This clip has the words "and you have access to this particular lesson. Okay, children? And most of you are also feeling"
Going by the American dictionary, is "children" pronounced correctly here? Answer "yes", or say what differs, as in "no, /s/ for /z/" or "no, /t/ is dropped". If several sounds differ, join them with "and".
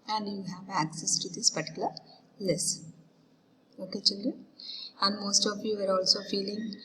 no, /n/ is dropped